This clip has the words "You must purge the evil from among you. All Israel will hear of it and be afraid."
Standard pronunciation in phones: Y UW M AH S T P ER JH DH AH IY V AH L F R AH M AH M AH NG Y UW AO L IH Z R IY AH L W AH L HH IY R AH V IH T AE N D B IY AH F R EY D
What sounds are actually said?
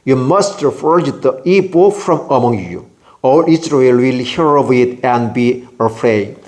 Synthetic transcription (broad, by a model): Y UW M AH S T F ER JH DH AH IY P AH F R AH M AH M AH NG Y UW AO L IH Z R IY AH L W AH L HH IY R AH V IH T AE N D B IY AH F R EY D